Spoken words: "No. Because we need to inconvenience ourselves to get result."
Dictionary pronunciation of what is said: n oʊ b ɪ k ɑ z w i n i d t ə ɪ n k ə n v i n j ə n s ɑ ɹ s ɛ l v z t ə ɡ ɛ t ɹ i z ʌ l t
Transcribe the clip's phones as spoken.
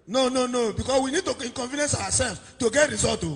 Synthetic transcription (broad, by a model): n oʊ b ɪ k ɑ s w i n i d t ə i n k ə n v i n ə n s ɑ w s ɛ l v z t ə ɡ ɛ t ɹ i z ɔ l t